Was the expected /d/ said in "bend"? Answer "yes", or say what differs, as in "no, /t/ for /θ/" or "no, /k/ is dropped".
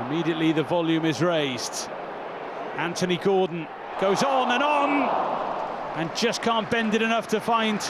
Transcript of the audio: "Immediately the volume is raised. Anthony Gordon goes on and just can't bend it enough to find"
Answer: yes